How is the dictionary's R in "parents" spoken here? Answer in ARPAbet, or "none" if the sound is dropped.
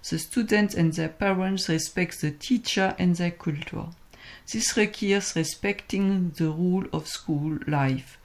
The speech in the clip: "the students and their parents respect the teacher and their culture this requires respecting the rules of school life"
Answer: R